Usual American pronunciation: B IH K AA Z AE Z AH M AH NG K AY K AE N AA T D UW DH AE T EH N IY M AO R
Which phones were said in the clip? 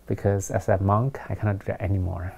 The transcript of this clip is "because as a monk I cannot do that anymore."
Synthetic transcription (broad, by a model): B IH K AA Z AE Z AH M AH NG K AY K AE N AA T D UW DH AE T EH N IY M AO R